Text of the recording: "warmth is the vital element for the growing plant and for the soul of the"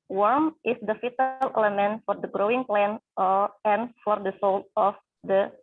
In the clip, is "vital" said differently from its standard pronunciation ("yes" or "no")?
yes